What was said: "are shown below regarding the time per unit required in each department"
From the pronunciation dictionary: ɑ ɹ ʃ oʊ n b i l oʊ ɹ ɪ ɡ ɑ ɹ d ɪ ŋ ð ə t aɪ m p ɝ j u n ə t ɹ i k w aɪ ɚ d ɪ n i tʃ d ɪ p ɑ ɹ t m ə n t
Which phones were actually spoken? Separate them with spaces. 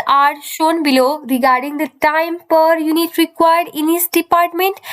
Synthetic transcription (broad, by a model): ɑ ɹ ʃ oʊ n b i l oʊ ɹ ɪ ɡ ɑ ɹ d ɪ ŋ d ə t aɪ m p ɝ j u n ə t ɹ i k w aɪ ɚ d ɪ n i s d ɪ p ɑ ɹ t m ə n t